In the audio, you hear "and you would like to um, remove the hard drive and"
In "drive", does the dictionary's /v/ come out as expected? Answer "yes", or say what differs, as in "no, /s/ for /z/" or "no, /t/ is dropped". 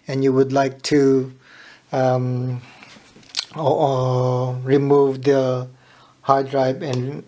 no, /b/ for /v/